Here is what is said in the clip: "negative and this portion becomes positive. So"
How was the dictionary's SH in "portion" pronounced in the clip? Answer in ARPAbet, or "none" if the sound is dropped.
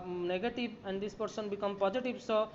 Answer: S